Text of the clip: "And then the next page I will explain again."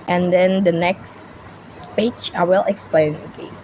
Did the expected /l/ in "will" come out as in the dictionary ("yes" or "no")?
yes